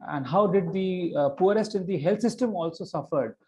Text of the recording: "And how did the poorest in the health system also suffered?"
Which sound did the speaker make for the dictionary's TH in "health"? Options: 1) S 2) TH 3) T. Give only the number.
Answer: 3